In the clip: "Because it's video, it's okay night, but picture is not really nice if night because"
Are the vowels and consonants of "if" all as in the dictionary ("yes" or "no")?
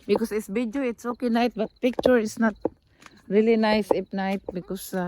no